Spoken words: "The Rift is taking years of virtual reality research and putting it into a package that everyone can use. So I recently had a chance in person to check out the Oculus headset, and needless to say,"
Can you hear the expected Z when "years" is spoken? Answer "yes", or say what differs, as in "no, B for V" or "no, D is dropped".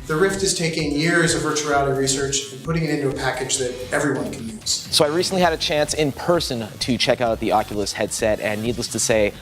yes